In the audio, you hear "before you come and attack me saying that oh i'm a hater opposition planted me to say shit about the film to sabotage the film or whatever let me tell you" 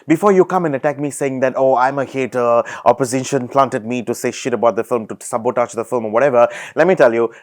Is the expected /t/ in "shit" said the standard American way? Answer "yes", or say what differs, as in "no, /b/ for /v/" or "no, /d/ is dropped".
yes